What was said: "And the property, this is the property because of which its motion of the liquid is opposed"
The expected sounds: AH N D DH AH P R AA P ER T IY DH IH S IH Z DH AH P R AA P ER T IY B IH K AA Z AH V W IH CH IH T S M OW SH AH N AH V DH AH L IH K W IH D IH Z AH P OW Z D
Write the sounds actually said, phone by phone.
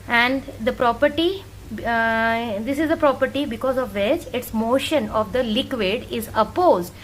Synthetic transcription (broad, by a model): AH N D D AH P R AA P ER T IY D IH S IH Z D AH P R AA P ER T IY B IH K AA Z AH V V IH CH IH T S M OW SH AH N AH V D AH L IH K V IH D IH Z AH P OW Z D